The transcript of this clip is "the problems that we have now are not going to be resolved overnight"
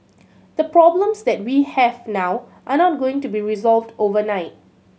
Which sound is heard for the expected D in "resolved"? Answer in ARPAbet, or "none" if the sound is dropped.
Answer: D